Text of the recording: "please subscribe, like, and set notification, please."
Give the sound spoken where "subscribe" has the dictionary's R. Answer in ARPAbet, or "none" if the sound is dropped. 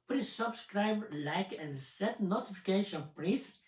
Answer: R